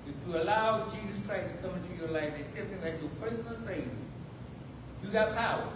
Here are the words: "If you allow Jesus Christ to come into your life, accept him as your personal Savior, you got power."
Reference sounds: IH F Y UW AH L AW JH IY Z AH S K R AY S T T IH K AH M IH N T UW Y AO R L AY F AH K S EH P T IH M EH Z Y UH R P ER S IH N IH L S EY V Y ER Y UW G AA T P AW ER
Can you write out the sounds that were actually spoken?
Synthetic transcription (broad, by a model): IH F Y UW AH L AW JH IY Z AH S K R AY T T IH K AH M IH N T UW Y AO R L AY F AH S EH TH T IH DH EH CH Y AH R P ER S IH N IH L S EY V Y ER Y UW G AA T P AW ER